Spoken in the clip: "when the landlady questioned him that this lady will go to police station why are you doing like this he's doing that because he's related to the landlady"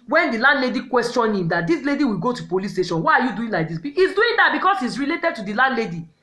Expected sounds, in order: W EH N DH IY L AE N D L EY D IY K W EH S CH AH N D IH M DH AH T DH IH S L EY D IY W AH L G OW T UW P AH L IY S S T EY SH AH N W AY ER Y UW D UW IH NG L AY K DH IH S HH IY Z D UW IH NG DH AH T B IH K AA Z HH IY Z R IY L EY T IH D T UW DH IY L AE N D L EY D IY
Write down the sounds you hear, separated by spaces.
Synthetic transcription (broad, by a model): W EH N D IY L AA N D L EY D IY K W EH S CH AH N IH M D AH T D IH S L EY D IY W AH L G OW T UW P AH L IY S S T EY SH AH N W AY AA Y UW D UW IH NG L AY K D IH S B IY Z D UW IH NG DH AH T B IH K AA S HH IY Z R IY L EY T IH D T UW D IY L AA N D L EY D IY